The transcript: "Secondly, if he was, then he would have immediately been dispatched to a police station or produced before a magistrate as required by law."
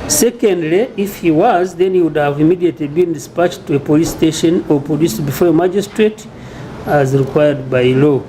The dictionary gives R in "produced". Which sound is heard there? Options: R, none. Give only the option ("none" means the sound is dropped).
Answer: none